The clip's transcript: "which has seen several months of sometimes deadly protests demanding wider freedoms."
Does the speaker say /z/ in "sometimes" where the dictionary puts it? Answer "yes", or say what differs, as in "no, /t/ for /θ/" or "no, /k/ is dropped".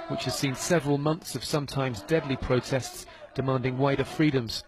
yes